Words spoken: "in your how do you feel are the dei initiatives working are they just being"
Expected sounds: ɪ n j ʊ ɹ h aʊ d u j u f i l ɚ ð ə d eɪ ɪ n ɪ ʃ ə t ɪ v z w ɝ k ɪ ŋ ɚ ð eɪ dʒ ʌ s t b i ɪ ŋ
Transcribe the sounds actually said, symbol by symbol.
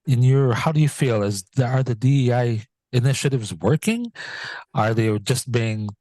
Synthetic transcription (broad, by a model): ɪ n j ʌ ɹ h aʊ d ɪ j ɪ f i l ɚ ð ə d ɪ ɪ n ɪ ʃ ə t ɪ v z w ɝ k ɪ ŋ ɚ ð eɪ dʒ ʌ s t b i ɪ ŋ